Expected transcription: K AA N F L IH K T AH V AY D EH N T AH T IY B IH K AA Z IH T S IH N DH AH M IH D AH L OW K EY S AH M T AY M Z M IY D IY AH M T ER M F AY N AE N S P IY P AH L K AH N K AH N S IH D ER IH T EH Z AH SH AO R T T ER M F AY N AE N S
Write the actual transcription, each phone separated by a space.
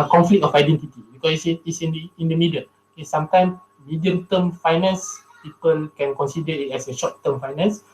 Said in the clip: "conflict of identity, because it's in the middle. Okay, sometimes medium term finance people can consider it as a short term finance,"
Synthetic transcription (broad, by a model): K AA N F L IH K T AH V AY D EH N T AH T IY B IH K AA S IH S S IH N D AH M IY D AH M OW K EY S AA M T AY M S M IY D IY AH M T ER M F AY N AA N S P IY P AH L K AH N K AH N S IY D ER IH T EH S AH SH AO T T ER M F AY N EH N S